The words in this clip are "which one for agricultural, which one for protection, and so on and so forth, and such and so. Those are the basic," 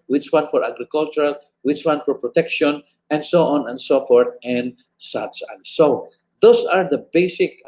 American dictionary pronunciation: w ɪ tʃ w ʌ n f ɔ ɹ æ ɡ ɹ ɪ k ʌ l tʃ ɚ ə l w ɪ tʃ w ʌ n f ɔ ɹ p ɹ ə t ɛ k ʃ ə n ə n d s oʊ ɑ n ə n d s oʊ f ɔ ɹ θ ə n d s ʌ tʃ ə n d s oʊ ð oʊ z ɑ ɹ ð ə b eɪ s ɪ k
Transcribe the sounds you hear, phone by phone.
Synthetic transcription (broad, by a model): w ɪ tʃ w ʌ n f ɔ ɹ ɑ ɡ ɹ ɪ k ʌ l tʃ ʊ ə l w ɪ tʃ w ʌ n f ɔ ɹ p ɹ ə t ɛ k ʃ ə n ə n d s oʊ ɑ n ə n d s oʊ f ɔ ɹ t ə n d s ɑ s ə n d s oʊ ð oʊ s ɑ ɹ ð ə b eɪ s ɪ k